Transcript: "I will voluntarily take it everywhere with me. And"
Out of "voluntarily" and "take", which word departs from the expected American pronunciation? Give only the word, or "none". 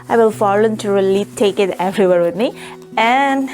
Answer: voluntarily